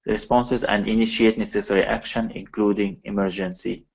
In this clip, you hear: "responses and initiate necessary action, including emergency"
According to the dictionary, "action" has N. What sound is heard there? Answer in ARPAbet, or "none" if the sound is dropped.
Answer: N